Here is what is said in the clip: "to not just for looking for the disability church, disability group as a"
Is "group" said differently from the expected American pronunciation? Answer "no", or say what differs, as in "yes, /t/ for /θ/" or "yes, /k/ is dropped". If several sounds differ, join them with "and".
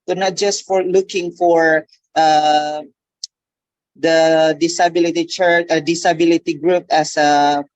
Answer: no